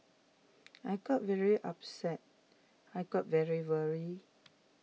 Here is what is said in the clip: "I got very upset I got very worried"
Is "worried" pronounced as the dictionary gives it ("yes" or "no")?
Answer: no